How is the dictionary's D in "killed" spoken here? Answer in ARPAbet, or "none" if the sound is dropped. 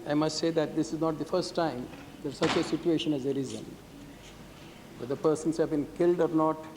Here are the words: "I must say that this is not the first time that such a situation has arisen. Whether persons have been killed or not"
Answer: D